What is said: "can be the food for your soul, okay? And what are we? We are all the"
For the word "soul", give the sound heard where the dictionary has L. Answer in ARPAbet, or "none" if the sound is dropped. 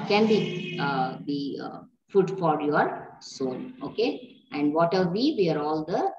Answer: N